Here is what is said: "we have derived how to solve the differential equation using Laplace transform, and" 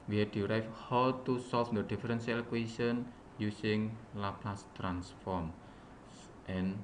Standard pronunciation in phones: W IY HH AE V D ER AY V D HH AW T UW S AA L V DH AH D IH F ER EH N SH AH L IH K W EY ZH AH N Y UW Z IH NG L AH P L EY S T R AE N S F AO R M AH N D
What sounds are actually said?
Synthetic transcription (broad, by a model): W IY HH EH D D AY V HH AW T UW S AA L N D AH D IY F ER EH N S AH L K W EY S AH N Y UW S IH NG L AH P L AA S T R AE N S F AO R M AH N